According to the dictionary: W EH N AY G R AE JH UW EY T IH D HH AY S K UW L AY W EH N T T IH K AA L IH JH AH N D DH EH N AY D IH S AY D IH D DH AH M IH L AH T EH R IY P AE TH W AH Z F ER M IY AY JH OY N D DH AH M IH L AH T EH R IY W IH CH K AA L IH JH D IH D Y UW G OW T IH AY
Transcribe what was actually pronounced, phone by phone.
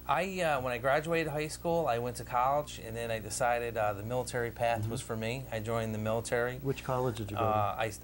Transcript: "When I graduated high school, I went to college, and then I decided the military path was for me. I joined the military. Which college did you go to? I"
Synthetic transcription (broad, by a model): W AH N AY G R AE JH UW EY T IH D HH AY S K UW L AY W EH N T T IH K AA L IH JH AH N DH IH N AY D IH S AY D IH D DH AH M IH L AH T EH R IY P AE TH W AH Z F ER M IY AY JH OY N DH AH M IH L AH T EH R IY W IH CH K AA L IH JH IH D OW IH AY